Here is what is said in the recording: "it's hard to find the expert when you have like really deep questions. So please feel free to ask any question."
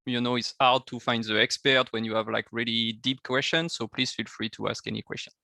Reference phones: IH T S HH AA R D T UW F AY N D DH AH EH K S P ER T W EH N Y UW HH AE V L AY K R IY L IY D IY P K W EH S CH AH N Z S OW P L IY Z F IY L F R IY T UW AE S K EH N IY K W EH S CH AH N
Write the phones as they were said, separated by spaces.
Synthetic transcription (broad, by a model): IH T S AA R D T UW F AY N D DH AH EH K S P ER T W EH N Y UW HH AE V L AY K R IY L IY D IY P K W EH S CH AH N S OW P L IY Z F IY L F R IY T UW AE S K EH N IY K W EH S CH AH N